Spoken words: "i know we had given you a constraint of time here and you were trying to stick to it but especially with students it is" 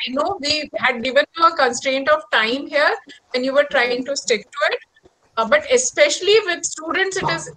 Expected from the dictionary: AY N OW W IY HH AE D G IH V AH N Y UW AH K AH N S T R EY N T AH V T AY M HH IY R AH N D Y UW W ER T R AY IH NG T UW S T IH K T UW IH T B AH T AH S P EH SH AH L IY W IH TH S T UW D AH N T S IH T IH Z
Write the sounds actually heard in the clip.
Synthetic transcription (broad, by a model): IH N OW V IY HH AE D G IH V AH N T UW AH K AH N S T R EY N T AH V T AY M HH IY R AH N Y UW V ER T R AY IH NG T UW S T IH K T UW IH T B AH T AH S P EH SH AH L IY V IH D S T UW D AH N T S IH T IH Z